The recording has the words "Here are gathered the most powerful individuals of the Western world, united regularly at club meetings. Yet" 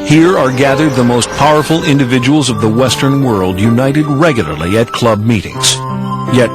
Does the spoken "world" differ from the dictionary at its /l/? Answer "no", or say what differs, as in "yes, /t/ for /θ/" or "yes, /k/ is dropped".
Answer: no